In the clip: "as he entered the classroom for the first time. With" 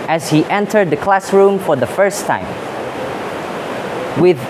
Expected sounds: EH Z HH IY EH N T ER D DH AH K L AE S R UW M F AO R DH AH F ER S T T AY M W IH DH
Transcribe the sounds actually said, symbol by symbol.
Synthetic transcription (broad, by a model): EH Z HH IY EH N T ER D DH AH K L AE S R UW M F AO R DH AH F ER S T T AY M W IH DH